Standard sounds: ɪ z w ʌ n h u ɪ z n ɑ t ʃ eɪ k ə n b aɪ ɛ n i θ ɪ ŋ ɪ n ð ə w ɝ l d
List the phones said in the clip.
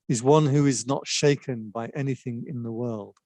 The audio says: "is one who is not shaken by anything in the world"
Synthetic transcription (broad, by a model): ɪ z w ʌ n h u ɪ z n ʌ t ʃ eɪ k ə n b aɪ ɛ n i θ ɪ ŋ ɪ n ð ə w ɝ l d